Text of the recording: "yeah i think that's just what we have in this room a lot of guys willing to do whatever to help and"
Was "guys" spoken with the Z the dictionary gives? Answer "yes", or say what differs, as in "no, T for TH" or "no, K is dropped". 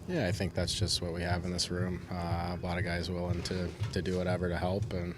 yes